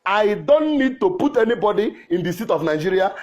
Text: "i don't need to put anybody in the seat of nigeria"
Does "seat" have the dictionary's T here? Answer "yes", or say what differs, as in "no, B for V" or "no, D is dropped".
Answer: yes